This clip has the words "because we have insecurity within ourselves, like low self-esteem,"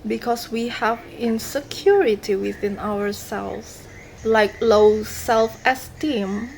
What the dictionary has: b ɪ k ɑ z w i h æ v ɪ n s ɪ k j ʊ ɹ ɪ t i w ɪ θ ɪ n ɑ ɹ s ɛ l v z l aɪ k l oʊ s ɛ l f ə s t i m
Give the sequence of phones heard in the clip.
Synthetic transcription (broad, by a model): b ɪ k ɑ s w i h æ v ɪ n s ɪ k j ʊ ɹ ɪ t i w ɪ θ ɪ n ɑ w s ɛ l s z l aɪ k l oʊ s ɛ l f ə s t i m